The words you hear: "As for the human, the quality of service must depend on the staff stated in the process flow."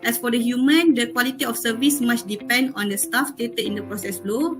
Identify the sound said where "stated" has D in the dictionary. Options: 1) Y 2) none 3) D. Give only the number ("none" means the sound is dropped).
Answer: 2